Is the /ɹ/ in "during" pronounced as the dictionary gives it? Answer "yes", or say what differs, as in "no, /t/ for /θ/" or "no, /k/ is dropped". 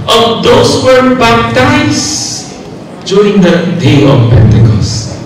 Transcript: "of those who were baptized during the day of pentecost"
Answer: no, /ɹ/ is dropped